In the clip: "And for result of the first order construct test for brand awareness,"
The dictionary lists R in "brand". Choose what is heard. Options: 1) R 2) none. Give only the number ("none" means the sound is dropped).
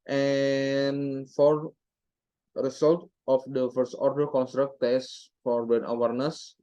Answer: 2